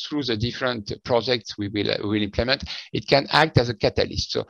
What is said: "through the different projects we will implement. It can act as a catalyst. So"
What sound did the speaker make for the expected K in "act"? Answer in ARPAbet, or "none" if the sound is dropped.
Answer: K